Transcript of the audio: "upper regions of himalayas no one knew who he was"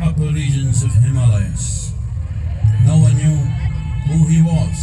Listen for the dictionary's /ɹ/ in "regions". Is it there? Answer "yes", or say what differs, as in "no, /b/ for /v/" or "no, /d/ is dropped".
no, /l/ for /ɹ/